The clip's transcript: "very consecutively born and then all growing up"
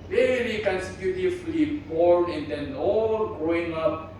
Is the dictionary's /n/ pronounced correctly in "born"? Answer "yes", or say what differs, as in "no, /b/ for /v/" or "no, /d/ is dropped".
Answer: no, /n/ is dropped